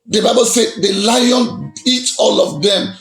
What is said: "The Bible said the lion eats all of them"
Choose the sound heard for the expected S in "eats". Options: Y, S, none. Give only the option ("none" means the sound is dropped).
none